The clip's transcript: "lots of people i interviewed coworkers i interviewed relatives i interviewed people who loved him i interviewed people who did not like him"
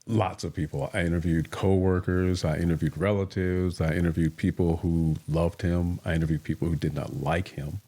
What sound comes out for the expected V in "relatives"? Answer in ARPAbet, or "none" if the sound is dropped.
V